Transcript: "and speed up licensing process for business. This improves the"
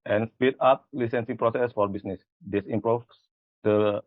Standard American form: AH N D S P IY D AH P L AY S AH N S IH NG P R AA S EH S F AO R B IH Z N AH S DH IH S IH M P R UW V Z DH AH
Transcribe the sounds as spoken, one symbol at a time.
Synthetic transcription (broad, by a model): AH N S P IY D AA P L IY S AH N S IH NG P R AA S EH S F AO R B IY S N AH S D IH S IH M P R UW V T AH